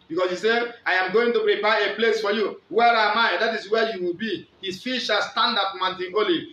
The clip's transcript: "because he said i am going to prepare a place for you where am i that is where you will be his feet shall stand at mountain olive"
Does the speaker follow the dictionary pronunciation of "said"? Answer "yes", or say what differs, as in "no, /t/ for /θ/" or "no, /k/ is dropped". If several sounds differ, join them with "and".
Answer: no, /d/ is dropped